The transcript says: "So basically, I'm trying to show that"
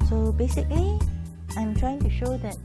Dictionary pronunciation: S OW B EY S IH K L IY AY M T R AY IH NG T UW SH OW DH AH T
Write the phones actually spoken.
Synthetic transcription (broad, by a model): S OW B EY S IH K L IY AY M T R AY IH NG T UW SH OW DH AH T